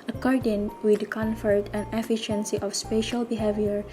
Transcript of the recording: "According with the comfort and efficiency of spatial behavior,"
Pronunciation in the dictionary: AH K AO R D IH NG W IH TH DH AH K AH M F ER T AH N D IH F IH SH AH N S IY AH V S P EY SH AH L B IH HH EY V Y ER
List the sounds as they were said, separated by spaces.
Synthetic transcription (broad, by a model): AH K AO R D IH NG W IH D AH K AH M F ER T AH N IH F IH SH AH N S IY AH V S P EY SH AH L B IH HH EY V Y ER